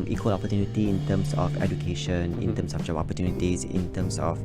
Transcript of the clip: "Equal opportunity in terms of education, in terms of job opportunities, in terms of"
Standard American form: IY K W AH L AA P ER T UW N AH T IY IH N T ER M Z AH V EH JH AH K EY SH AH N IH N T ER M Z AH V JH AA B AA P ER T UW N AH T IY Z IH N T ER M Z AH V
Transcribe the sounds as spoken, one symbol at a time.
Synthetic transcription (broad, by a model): IY K W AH L AA P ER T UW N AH T IY IH N T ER M S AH F EH JH AH K EY SH AH N IH N T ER M S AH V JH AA AA P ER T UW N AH T IY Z IH N T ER M S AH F